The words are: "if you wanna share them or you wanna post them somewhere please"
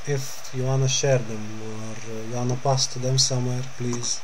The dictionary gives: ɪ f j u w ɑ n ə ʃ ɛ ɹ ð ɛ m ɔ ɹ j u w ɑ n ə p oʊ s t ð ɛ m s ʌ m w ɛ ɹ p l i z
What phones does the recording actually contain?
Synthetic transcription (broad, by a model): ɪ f j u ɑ n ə ʃ ɛ ɹ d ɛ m ɔ ɹ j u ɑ n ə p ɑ s t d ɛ m s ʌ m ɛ ɹ p l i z